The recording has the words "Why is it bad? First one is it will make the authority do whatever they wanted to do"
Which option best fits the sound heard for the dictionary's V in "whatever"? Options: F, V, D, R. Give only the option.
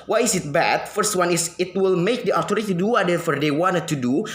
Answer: F